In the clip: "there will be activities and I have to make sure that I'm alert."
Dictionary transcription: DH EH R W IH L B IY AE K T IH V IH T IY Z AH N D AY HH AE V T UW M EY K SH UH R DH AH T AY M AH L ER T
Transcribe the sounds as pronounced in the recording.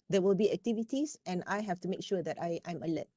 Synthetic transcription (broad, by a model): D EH W IH L B IY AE K T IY V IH T IY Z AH N AY HH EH F T UW M EY K SH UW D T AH T AY M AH L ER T